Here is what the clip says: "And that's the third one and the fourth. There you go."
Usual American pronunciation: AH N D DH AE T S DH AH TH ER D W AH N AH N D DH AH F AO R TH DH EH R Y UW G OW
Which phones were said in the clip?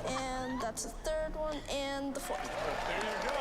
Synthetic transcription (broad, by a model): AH N DH AE T S DH AH TH ER D W AH N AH N DH AH F AO R TH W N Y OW